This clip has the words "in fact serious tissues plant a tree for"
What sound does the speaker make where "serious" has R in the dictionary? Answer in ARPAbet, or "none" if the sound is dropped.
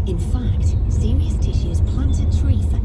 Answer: R